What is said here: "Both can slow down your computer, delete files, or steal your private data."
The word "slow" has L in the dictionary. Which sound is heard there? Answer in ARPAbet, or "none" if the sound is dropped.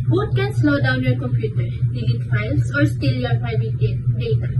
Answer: N